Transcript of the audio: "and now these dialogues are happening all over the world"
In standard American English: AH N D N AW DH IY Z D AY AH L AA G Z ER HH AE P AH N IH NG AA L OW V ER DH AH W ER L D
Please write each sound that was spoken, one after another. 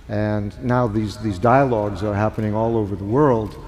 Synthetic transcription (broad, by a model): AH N N AW DH IY Z D AY AH L AA G Z ER HH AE P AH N IH NG AA L OW V ER DH AH W ER L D